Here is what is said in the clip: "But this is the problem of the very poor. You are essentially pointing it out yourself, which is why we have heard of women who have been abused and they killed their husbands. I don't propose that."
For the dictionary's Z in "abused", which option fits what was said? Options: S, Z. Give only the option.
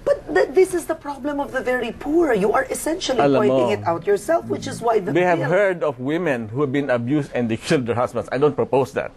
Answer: S